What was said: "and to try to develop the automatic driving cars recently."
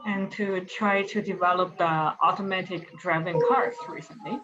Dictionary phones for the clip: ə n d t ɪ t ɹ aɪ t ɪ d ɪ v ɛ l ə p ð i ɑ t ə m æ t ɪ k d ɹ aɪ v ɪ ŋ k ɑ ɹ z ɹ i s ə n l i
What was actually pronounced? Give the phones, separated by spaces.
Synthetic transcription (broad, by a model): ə n t ɪ t ɹ aɪ t ɪ d ɪ v ɛ l ə p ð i ɑ t ə m æ t ɪ k d ɹ aɪ v ɪ ŋ k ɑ ɹ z ɹ i s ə n l i